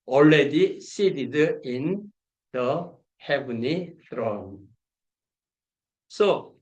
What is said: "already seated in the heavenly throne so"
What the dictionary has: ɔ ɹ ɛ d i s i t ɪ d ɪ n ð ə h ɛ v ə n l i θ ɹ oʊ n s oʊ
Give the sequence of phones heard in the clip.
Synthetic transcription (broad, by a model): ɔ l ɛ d i s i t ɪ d ɪ n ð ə h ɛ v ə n i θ ɹ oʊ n s oʊ